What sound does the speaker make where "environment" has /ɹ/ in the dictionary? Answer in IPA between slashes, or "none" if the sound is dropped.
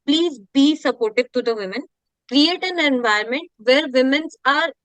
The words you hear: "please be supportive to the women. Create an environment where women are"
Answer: none